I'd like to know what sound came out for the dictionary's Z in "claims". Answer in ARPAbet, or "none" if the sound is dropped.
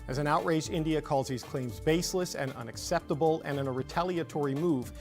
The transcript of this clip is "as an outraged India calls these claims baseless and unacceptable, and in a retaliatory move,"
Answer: Z